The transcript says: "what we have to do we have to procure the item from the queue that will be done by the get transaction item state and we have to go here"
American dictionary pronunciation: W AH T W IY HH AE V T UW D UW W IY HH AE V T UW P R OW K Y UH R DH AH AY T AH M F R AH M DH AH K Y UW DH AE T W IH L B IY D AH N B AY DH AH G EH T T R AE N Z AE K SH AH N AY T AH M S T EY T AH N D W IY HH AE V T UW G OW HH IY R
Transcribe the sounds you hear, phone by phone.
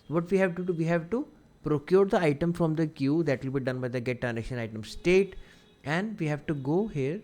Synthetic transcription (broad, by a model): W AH T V IY HH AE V T UW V IY HH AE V T UW P R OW K Y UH R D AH AY T AH M F R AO M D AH K Y UW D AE T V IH L B IY D AH N B AY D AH G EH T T AE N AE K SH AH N AY T AH M S T EY T AH N D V IY HH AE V T UW G OW HH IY R